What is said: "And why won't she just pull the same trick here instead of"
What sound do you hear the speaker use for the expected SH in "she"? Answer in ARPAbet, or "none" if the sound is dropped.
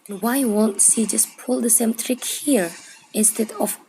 S